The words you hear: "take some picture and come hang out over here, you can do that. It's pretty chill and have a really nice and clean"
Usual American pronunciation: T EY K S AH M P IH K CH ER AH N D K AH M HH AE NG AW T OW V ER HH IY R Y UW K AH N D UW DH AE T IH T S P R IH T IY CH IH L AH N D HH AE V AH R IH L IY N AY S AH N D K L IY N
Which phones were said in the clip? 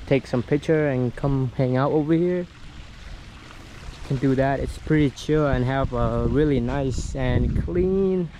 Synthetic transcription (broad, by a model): T EY K S AH M P IH K CH ER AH N K AH M HH AE NG AW T OW V ER HH IY R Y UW K AH N D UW DH AE T IH T S P R IH T IY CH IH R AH N HH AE V AH R IH L IY N AY S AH N K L IY N